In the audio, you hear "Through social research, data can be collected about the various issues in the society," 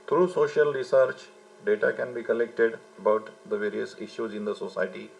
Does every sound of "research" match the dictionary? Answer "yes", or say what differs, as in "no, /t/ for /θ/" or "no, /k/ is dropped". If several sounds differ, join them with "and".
yes